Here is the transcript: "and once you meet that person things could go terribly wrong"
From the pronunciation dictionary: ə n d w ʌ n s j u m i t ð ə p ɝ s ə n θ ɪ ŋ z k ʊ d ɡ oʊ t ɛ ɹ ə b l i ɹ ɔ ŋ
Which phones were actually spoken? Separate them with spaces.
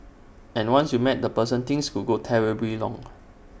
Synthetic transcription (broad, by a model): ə n w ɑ n s j u m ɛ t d ə p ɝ s ə n t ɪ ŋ s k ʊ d ɡ oʊ t ɛ ɹ ə b l i l ɔ ŋ